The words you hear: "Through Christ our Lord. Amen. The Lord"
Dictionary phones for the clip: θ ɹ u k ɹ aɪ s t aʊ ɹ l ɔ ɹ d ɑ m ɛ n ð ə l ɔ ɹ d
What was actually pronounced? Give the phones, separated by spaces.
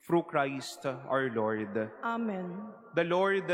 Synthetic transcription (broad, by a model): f ɹ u k ɹ aɪ s t aʊ ɹ l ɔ ɹ d ɑ m ɛ n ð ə l ɔ ɹ d